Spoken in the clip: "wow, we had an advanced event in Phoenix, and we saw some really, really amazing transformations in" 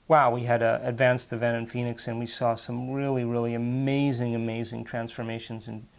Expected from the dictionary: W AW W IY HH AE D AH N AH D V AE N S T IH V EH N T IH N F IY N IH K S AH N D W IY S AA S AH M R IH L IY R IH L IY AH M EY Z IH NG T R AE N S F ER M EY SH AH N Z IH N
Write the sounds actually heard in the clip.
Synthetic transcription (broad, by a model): W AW W IY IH D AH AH D V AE N S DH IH V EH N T IH N F IY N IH K S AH N W IY S AA S AH M R IH L IY R IH L IY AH M EY Z IH NG T R AE N S F ER M EY SH AH N Z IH N